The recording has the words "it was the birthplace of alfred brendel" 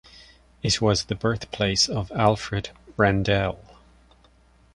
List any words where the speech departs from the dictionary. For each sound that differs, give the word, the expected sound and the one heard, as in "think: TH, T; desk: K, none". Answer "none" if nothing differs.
none